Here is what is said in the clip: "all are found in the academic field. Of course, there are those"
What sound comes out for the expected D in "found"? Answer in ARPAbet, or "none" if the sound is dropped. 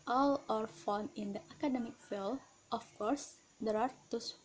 none